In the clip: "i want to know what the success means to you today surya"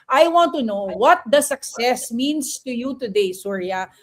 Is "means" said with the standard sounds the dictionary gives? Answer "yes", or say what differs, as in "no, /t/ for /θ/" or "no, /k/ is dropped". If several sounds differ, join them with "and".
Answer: no, /s/ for /z/